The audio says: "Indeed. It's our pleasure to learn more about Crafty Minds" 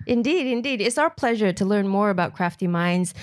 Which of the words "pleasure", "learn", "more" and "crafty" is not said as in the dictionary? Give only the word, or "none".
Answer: none